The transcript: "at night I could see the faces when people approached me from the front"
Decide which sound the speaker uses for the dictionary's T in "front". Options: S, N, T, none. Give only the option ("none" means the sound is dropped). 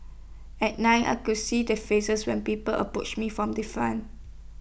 none